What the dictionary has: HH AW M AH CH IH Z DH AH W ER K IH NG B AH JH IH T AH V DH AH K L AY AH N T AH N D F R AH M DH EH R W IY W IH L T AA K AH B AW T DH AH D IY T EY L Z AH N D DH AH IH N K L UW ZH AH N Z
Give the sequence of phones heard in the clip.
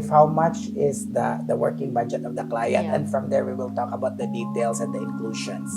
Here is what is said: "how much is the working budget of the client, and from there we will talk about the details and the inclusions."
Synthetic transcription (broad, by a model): HH AW M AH CH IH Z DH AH W ER K IH NG B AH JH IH T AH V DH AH K L AY AH N T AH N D F R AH M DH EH R W IY W IH L T AA K AH B AW T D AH D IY T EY L S AH N D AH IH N K L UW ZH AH N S